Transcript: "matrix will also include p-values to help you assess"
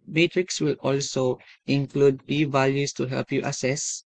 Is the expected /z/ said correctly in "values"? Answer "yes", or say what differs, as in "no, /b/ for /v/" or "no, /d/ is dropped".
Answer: no, /s/ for /z/